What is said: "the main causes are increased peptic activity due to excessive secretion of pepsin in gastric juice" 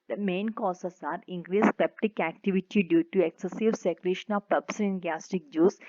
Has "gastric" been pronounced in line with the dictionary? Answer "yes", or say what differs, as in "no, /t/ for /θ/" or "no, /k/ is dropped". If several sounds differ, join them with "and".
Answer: no, /ɹ/ is dropped